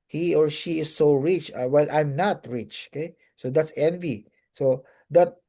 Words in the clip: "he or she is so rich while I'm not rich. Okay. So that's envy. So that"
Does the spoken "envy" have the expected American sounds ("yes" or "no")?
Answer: yes